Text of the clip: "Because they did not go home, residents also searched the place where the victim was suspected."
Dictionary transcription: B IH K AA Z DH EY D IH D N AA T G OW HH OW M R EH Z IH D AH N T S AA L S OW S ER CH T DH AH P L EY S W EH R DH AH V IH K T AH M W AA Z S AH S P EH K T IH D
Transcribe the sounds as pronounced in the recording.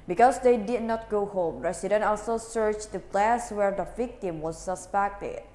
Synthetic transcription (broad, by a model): B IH K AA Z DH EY D IH D N AA T G OW HH OW M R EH S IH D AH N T AA L S OW S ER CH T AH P L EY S W EH R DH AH V IH K T AH M W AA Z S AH S P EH K T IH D